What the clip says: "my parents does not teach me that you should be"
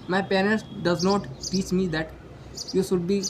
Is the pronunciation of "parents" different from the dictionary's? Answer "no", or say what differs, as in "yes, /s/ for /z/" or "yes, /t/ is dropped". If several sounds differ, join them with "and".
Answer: yes, /l/ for /n/ and /s/ is dropped